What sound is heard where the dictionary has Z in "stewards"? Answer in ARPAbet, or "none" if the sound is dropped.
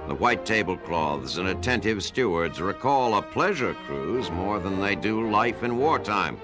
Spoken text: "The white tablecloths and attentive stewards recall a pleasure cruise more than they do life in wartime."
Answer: Z